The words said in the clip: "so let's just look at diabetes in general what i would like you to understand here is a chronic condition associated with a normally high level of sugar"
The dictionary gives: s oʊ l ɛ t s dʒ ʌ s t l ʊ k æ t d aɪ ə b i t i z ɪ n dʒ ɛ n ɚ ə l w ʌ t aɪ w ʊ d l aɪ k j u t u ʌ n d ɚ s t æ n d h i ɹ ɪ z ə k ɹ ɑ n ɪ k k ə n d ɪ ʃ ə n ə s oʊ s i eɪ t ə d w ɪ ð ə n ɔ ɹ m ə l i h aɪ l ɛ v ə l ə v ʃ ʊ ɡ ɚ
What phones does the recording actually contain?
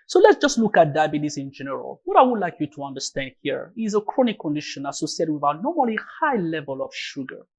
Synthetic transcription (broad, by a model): s oʊ l ɛ t s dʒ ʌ s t l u k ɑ t d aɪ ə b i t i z ɪ n dʒ ɛ n ɚ ə l w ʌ t aɪ w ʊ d l aɪ k j u t u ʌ n d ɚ s t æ n d h i ɹ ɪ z ə k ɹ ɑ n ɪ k k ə n d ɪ ʃ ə n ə s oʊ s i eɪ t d w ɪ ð ə n ɔ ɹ m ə l i h aɪ l ɛ v ə l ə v ʃ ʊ ɡ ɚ